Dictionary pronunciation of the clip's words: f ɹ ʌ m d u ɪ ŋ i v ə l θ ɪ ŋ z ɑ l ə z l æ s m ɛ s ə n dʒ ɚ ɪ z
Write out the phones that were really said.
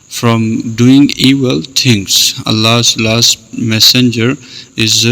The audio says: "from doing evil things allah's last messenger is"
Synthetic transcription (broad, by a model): f ɹ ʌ m d u ɪ ŋ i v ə l t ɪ ŋ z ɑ l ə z l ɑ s m ɛ s ə n dʒ ɚ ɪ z